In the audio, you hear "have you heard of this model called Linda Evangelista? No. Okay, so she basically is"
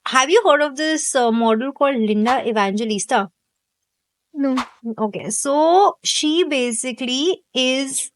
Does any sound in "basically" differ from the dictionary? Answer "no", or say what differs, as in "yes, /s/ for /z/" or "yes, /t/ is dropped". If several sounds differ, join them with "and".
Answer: no